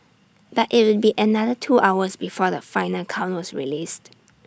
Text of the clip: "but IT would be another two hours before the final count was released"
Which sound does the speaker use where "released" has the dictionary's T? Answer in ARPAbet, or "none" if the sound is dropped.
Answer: T